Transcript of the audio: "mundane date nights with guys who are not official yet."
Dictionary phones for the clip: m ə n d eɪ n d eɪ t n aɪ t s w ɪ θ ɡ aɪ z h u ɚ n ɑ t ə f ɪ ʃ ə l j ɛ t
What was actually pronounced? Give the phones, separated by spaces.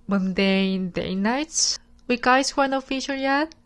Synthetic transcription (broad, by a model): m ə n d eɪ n d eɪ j n aɪ t s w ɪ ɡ aɪ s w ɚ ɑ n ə f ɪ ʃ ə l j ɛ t